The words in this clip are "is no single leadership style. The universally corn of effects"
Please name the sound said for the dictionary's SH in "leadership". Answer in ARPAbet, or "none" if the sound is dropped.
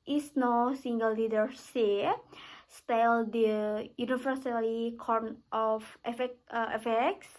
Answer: S